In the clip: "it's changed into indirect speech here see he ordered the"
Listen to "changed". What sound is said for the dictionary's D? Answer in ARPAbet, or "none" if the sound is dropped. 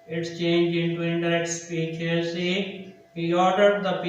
none